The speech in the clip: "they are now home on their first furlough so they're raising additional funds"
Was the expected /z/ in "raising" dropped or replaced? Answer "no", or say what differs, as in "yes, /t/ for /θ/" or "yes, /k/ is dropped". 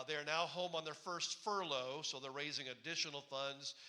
no